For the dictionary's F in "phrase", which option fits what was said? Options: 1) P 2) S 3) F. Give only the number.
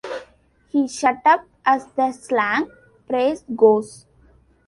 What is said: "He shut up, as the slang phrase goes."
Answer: 1